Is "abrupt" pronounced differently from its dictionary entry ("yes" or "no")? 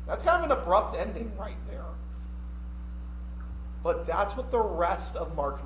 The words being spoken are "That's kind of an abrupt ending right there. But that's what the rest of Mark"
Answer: no